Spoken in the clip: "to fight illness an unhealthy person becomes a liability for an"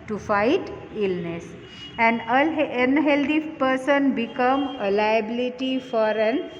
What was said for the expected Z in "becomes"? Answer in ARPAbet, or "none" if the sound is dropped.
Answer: none